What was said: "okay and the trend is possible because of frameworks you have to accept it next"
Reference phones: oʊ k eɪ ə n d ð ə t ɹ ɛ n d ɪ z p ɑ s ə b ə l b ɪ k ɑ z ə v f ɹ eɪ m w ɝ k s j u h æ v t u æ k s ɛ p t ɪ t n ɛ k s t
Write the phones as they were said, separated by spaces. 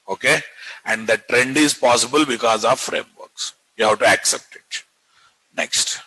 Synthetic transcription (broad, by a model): oʊ k eɪ ə n d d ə t ɹ ɛ n d ɪ z p ɑ s ə b ə l b ɪ k ɑ z ə v f ɹ eɪ m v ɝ k s j u h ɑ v t u æ k s ɛ p t ɪ t n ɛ k s t